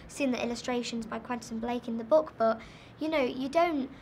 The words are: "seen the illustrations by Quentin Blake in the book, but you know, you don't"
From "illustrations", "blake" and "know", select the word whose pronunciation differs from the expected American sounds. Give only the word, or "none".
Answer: none